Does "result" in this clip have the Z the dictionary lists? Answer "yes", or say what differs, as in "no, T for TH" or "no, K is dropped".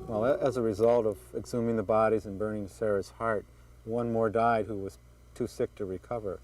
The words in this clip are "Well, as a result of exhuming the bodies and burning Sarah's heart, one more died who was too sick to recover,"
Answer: yes